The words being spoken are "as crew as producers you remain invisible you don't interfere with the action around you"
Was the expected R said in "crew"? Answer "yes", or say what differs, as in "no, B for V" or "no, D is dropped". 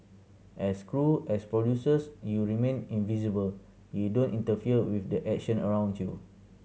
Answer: yes